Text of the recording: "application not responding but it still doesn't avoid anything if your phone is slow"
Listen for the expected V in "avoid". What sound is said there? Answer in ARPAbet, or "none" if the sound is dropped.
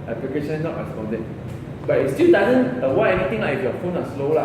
W